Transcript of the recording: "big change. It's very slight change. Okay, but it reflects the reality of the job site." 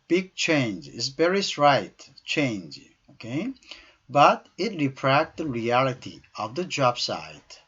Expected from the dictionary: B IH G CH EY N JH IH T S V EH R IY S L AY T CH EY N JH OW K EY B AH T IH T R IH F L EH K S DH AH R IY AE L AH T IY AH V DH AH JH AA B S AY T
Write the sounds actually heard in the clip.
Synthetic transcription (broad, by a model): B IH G CH EY N JH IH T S B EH R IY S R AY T CH EY N JH OW K EY B AH T IH T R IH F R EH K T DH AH R IY AE L AH T IY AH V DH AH JH AA B S AY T